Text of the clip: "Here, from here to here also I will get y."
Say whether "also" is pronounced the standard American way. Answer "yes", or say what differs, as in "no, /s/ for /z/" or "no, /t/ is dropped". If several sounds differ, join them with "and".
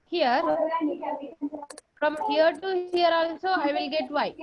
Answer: no, /n/ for /l/